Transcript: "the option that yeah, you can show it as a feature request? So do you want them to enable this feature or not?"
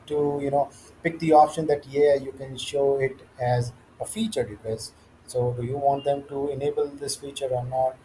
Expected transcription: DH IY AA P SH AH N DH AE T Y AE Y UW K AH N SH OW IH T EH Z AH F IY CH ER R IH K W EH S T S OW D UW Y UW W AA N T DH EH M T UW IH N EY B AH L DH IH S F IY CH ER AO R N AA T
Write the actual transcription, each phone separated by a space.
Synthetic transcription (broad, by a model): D IY AA P SH AH N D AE T Y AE Y UW K AH N SH OW IH T EH Z AH F IY CH ER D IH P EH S S OW Y UW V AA N T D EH M T UW IH N EY B AH L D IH S F IY CH ER AO R N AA T